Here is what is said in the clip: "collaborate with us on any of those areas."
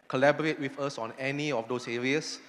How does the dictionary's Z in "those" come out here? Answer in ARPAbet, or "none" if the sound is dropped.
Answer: S